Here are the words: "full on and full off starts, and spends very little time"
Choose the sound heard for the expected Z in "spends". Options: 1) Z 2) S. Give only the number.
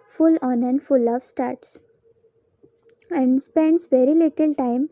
2